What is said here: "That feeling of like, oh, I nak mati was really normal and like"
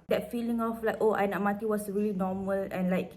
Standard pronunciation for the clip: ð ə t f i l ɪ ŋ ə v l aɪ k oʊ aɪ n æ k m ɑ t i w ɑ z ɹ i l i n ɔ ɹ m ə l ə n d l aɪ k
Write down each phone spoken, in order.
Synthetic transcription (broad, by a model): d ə t f i l ɪ ŋ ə f l aɪ k oʊ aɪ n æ m ɑ t i w ɑ s ɹ i l i n ɔ m ə l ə n l aɪ k